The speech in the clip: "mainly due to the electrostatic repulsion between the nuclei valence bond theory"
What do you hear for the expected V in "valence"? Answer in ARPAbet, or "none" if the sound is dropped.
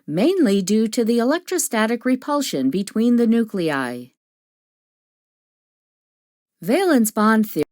V